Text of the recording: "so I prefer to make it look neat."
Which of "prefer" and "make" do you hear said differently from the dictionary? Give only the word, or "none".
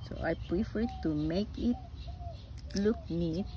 none